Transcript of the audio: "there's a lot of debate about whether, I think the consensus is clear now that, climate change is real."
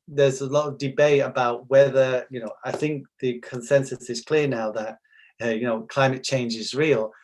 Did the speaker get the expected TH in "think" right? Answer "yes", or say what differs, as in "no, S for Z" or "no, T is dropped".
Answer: yes